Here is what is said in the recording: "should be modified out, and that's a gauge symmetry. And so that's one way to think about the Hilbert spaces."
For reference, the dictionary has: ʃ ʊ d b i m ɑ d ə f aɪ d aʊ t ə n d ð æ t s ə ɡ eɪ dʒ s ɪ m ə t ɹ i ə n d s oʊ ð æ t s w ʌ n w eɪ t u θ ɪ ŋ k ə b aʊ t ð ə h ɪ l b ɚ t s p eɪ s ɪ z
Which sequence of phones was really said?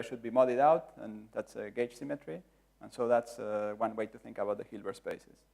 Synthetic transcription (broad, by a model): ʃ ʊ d b i m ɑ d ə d aʊ t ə n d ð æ t s ə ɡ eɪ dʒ s ɪ m ə t ɹ i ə n s oʊ ð æ t s w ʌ n w eɪ t u θ ɪ ŋ k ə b aʊ t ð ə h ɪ l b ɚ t s p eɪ s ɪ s